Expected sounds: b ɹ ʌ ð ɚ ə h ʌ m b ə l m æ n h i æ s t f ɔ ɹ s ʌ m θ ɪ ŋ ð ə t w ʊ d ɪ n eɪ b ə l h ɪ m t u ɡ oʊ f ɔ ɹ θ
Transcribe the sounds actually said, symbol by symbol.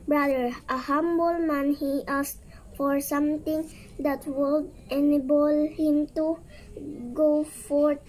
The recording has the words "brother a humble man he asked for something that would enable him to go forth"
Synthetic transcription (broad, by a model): b ɹ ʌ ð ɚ ə h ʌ m b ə l m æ n h i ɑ s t f ɔ ɹ s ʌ m t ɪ ŋ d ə t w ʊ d ɪ n eɪ b ə l h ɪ m t u ɡ oʊ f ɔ ɹ